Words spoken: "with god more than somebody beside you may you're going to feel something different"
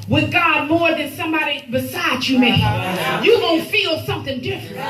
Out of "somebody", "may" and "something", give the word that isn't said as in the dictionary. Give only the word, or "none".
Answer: none